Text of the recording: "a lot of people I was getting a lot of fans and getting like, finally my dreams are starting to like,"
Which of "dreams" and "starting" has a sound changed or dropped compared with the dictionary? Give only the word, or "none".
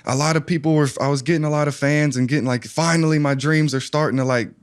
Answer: none